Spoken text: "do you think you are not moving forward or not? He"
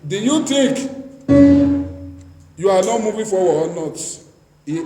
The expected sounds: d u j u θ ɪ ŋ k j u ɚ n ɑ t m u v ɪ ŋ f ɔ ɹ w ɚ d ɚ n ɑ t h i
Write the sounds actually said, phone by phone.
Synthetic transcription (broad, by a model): d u j u t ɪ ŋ k j u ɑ n ɑ t m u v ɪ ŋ f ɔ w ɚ ɔ n ɑ t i